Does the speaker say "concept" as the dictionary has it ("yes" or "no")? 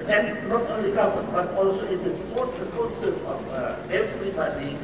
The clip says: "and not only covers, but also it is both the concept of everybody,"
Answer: no